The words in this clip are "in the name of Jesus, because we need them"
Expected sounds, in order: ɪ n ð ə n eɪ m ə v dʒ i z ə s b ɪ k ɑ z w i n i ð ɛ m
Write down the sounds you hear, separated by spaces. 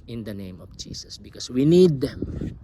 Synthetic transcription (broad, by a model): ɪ n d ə n eɪ m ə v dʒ i s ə s b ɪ k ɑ s w i n i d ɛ m